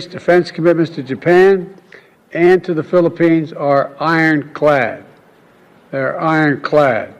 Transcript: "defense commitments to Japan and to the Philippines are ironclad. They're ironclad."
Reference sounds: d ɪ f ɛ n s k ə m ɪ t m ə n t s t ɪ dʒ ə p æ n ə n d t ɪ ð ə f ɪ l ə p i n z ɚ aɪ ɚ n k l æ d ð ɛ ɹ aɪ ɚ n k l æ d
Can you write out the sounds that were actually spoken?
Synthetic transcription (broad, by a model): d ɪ f ɛ n s k ə m ɪ t m ə n t s t ɪ dʒ ə p æ n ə n t ɪ ð ə f ɪ l ə p i n z ɚ aɪ ɚ n k l æ d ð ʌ ɹ aɪ ɚ n k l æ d